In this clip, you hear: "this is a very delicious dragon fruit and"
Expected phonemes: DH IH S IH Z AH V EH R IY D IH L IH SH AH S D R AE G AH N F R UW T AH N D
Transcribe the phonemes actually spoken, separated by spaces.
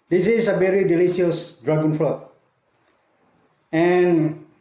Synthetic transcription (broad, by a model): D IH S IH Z AH V EH R IY D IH L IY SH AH S D R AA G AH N F L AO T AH N